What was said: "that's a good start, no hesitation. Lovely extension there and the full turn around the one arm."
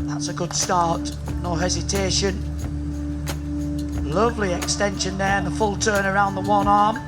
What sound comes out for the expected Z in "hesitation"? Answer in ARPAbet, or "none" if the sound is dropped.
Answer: Z